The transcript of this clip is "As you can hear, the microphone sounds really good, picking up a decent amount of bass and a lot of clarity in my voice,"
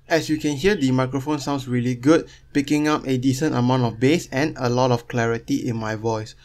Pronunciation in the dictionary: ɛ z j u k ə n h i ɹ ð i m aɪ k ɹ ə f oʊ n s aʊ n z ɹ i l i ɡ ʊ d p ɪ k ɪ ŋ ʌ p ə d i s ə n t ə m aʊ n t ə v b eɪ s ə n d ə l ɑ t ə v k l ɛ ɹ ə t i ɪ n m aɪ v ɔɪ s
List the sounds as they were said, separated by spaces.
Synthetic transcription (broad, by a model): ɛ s j u k ə n h i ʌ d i m aɪ k ɹ ə f oʊ n s aʊ n s ɹ i l i ɡ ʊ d p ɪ k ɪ ŋ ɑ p ə d i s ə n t ə m aʊ n t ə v b eɪ s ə n ə l ɑ t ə f k l ɛ ɹ ə t i ɪ n m aɪ v ɔɪ s